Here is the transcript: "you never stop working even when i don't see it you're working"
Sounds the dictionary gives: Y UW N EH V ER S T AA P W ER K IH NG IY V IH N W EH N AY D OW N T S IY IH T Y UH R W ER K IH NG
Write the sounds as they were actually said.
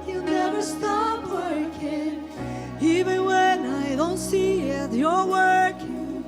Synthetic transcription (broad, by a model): Y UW N EH V ER S T AA P W ER K IH NG IY V IH N W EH N AY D OW N T S IY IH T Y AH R W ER K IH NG